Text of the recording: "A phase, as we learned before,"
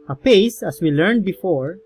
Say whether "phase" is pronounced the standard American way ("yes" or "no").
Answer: no